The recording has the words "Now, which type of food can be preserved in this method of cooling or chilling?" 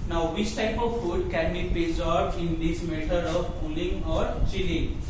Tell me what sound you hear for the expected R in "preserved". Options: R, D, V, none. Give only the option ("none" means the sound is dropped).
none